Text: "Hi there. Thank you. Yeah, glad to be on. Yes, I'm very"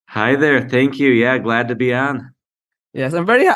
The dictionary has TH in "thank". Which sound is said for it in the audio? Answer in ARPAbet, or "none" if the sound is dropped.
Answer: TH